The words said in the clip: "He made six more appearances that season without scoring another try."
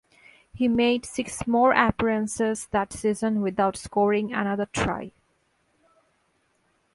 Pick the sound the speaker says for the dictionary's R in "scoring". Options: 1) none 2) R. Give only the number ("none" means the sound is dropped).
2